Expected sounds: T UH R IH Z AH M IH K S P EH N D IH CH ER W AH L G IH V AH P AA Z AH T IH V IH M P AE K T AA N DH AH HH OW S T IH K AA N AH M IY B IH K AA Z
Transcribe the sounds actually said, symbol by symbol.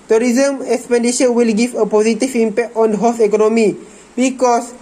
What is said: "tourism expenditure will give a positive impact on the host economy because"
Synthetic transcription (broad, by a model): T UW R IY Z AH M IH K S P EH N D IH SH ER W AH L G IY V AH P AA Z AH T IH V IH M P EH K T AA N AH HH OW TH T IH K AA N AH M IY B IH K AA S